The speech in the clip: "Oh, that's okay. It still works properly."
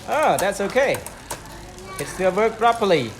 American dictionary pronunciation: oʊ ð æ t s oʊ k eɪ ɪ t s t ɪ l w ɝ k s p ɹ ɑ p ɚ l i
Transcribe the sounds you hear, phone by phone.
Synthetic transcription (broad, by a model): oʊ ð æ t s oʊ k eɪ ɪ t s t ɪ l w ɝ k p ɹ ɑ p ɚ l i